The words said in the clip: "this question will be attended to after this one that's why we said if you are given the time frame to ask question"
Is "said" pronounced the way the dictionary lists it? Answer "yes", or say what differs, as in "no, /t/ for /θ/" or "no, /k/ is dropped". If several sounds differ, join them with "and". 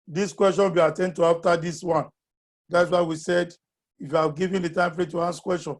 yes